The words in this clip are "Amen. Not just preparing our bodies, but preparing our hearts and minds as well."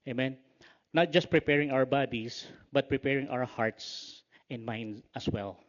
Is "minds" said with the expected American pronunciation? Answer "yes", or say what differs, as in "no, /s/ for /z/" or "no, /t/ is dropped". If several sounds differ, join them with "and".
no, /z/ is dropped